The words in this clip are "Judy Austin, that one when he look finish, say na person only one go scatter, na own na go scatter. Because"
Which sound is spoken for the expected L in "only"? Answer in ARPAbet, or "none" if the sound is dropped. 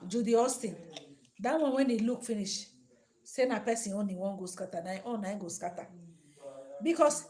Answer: none